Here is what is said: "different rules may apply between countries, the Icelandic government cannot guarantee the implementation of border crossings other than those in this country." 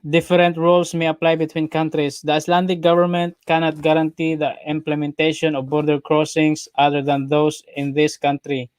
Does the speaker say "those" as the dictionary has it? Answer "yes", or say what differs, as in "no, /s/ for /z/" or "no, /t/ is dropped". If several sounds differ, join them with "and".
no, /s/ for /z/